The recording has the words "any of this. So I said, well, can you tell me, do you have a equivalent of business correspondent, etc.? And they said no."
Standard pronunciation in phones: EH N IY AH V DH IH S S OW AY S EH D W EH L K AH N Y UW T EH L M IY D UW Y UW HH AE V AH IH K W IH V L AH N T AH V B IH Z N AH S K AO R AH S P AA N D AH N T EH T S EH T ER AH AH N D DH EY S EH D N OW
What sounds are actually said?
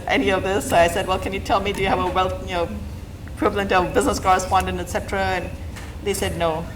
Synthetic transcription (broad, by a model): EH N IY AH V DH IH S S OW AY S EH D W EH L K AH N Y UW T EH L M IY D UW Y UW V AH W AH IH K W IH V L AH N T AH V B IH Z N AH S K AO R AH S P AA N D AH N T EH T S EH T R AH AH N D DH EY S EH D N OW